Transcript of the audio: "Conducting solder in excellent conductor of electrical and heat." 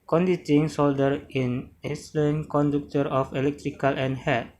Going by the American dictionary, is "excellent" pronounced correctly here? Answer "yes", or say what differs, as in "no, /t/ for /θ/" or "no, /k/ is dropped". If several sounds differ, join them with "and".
no, /k/ is dropped